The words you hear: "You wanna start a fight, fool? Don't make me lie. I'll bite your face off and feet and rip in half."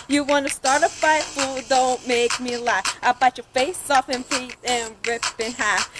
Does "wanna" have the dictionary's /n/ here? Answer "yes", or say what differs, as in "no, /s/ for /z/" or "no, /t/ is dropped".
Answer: yes